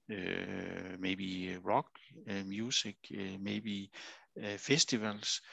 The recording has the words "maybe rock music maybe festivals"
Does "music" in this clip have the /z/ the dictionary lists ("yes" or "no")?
no